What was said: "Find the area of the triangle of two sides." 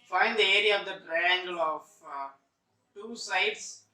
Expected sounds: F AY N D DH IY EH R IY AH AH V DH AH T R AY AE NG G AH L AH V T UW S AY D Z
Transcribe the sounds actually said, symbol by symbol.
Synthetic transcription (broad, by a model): F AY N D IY EH R IY AH AH V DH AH T R AY AE NG G AH L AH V T UW S AY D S